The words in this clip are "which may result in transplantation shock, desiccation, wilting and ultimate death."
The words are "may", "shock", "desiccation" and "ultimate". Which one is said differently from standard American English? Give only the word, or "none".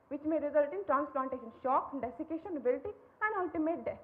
none